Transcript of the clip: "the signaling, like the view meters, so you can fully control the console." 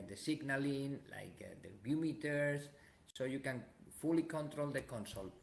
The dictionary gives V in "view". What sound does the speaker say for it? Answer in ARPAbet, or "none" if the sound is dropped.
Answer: B